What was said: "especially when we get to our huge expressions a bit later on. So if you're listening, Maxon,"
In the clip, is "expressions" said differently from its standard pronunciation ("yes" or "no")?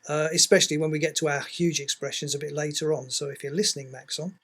no